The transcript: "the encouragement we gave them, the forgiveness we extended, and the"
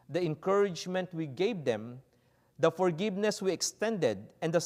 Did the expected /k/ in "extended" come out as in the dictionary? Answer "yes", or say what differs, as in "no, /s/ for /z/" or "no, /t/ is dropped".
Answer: yes